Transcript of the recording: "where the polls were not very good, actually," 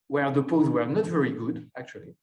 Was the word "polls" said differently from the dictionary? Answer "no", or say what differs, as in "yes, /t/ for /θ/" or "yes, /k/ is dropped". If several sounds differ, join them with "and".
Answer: yes, /l/ is dropped